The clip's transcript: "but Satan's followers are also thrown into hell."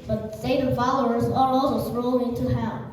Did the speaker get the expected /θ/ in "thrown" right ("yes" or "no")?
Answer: no